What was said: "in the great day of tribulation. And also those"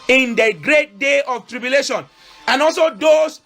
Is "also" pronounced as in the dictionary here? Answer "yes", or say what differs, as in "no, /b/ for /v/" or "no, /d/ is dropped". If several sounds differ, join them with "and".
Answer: yes